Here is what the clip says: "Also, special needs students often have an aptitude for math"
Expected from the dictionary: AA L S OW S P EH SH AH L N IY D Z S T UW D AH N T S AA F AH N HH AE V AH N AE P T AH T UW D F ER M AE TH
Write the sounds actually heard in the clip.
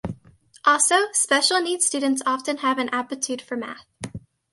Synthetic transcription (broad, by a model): AA L S OW S P EH SH L N IY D S T UW D N T S AA F AH N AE V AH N AE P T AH T UW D F ER M AE TH